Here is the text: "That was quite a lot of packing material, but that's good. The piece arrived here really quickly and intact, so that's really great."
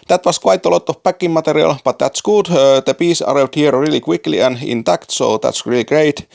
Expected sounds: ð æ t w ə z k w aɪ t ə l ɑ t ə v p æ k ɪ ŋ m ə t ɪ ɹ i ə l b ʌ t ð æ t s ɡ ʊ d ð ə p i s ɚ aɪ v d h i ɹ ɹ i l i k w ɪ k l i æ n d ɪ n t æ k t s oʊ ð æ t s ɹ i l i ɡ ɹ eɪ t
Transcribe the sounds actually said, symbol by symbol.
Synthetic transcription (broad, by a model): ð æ t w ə s k w aɪ t ə l ɑ t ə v p æ k ɪ ŋ m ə t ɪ ɹ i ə l b ʌ t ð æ t s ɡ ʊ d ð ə p i s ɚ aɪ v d h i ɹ ɹ i l i k w ɪ k l i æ n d ɪ n t æ k t s oʊ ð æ t s ɹ i l i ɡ ɹ eɪ t